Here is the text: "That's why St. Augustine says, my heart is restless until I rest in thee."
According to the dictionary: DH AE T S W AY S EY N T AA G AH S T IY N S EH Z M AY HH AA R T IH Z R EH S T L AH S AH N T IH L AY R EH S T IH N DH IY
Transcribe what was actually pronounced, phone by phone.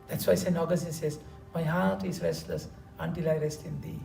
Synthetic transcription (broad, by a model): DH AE T S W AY S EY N AA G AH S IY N S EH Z M AY HH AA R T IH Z R EH S T L AH S AH N T IH L AY R EH S T IH N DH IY